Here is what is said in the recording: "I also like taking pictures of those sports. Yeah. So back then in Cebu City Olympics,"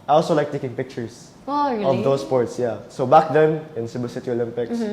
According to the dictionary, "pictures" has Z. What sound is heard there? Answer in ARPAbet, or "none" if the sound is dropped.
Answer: S